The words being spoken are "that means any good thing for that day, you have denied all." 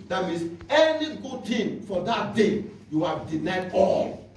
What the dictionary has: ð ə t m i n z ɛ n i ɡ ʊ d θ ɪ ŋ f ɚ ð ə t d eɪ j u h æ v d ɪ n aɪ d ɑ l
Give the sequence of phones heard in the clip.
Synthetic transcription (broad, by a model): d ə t m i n s ɛ n i ɡ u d t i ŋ f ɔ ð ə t d eɪ j u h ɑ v d ɪ n aɪ d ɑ l